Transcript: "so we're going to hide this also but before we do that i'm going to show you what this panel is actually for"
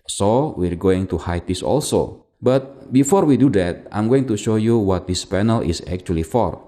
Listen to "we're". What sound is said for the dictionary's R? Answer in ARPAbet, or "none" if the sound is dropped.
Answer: R